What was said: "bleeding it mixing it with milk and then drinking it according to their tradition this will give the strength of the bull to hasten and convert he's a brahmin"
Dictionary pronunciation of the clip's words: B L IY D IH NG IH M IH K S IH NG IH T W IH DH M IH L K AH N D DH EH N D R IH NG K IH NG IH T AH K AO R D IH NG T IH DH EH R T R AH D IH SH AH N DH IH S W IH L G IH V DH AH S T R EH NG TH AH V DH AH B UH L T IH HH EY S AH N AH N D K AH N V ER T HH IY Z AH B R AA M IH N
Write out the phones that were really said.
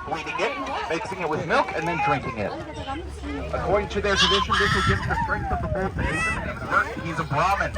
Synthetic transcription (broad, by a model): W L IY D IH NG IH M IH K S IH NG IH T W IH DH M IH L K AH N DH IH N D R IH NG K IH NG IH T AH K AO R D IH NG T IH DH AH R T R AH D IH SH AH N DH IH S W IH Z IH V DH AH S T R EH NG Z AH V DH AH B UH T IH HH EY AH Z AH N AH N ER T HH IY Z AH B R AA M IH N